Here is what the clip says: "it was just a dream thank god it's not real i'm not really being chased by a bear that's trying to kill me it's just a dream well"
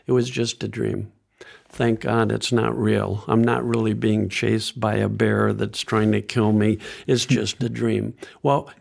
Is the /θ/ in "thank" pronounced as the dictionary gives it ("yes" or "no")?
yes